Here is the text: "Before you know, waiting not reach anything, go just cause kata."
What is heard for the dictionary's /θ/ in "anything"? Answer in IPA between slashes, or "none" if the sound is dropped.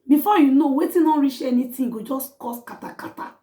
/t/